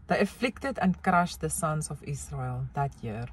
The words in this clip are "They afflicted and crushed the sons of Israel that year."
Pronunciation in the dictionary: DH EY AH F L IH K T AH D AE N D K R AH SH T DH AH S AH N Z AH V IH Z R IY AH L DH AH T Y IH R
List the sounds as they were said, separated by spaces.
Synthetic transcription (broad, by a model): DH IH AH F L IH K T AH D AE N K R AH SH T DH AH S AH N S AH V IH S R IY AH L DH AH T Y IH R